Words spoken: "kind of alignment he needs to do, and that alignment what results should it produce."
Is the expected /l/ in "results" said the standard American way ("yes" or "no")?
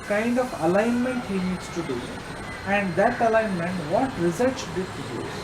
no